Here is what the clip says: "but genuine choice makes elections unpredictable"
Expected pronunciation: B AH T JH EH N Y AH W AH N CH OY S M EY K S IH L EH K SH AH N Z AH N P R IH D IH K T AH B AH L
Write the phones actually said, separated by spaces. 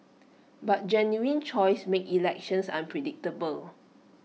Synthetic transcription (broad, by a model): B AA T JH EH N Y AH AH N CH OY S M EY K IH L EH K SH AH N S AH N P R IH D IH K T AH B AH L